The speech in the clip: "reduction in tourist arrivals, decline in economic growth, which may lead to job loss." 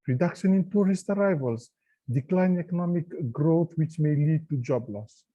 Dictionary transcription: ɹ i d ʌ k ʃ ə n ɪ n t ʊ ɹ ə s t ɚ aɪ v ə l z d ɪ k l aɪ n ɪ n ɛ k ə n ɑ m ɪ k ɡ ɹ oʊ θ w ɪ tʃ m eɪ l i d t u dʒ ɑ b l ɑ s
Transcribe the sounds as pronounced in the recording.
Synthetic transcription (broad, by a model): ɹ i d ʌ k ʃ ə n ɪ n t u ɹ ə s t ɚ aɪ v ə l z d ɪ k l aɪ ɪ n ɛ k ə n ɑ m ɪ k ɡ ɹ oʊ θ w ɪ tʃ m eɪ l i d t u dʒ ɑ b l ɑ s